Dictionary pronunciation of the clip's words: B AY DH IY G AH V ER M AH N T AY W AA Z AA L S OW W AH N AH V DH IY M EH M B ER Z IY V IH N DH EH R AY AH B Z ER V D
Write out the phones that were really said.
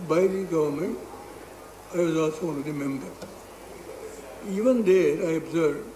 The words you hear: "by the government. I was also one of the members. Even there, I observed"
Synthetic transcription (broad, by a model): B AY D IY G AH V ER M AH N T AY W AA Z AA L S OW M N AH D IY M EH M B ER IY V IH N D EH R AY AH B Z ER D